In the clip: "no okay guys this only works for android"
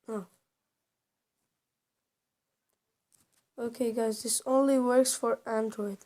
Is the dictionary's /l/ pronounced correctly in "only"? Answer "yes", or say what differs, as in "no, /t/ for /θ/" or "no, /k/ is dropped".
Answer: yes